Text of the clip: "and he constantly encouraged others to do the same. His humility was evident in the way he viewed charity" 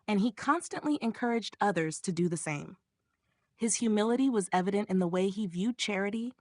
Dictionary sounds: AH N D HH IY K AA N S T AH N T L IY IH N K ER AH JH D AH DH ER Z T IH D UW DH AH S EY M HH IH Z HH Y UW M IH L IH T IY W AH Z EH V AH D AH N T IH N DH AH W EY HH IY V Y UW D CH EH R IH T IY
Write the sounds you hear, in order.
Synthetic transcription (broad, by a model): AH N IY K AA N S T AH N T L IY IH N K ER AH JH D AH DH ER Z T IH D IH DH AH S EY M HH IH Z HH Y UW M IH L IH T IY W AH Z EH V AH D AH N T IH N DH AH W EY IY V Y UW D CH EH R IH T IY